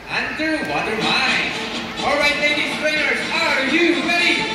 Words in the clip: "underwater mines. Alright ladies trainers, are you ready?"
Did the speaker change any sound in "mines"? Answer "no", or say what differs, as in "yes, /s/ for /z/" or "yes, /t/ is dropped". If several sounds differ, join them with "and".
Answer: yes, /z/ is dropped